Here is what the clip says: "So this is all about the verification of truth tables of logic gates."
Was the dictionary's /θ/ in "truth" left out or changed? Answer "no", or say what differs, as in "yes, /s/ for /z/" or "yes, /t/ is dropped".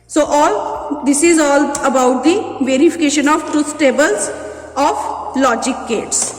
yes, /s/ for /θ/